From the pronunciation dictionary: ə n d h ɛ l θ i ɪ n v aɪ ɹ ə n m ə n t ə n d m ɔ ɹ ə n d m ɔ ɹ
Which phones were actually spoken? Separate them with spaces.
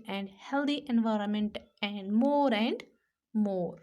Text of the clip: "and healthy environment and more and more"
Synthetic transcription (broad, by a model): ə n d h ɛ l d i ɪ n v aɪ ɹ ə n m ə n t ə n d m ɔ ɹ ə n d m ɔ ɹ